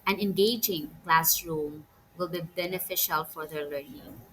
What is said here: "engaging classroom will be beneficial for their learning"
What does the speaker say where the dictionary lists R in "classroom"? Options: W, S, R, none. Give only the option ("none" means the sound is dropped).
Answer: R